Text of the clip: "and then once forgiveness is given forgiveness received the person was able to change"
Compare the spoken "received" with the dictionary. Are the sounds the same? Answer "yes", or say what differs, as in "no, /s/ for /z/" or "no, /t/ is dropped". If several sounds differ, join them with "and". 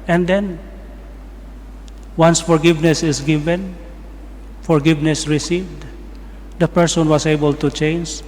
yes